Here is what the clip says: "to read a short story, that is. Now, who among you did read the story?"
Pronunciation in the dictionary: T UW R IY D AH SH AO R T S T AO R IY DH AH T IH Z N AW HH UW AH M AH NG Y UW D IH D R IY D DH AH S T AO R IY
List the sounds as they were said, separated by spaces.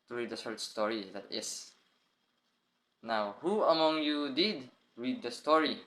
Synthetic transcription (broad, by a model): T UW R IY D AH S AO R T S T AO R IY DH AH T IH S N AW HH UW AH M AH NG Y UW D IH D R IY D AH S T AO R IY